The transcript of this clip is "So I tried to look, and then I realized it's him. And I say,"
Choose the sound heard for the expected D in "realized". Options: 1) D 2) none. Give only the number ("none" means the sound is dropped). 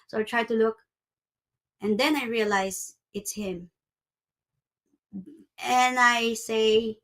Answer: 2